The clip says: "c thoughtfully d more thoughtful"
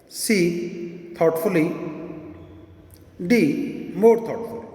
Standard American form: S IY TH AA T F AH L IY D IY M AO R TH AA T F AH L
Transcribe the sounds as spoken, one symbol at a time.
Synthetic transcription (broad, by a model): S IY T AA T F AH L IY D IY M AO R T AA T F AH L